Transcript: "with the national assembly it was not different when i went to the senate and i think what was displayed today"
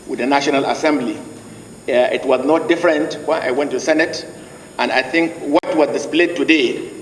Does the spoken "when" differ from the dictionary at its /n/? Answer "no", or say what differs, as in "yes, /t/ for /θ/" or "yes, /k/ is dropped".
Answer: yes, /n/ is dropped